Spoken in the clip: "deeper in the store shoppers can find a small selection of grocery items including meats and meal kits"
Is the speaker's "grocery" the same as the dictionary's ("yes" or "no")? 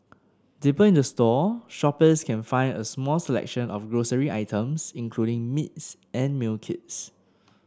yes